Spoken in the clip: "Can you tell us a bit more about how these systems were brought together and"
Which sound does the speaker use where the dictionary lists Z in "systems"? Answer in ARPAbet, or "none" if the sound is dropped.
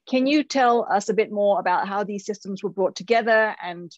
Z